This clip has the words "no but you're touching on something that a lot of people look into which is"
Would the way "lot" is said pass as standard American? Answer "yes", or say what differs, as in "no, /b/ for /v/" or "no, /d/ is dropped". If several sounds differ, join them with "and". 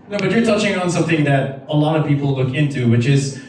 yes